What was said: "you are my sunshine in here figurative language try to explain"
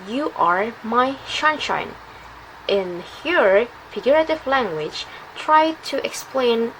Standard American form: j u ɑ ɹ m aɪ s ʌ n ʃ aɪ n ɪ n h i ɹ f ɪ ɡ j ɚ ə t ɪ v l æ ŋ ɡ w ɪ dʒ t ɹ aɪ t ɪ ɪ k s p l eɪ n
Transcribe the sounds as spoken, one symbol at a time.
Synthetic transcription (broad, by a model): j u ɑ ɹ m aɪ ʃ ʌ n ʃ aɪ n ɪ n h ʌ ɹ f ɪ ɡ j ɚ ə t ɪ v l æ ŋ ɡ w ɪ dʒ t ɹ aɪ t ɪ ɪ k s p l eɪ n